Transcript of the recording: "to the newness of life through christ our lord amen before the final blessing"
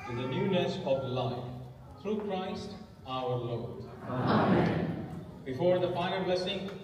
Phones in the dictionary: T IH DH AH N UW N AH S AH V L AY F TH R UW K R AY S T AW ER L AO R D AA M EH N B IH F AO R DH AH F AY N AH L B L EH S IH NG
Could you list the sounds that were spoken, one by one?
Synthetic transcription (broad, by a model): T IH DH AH N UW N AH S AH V L AY F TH R UW K R AY S T AW ER L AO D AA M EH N B IH F AO R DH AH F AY AH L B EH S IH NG